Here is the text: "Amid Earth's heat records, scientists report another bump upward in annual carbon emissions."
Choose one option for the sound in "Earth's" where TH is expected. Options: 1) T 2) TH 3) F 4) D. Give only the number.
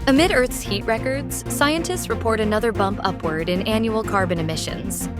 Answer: 2